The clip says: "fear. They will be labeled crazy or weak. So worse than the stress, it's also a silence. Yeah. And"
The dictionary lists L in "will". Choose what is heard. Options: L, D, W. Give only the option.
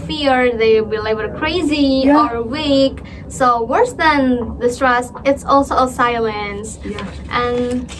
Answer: W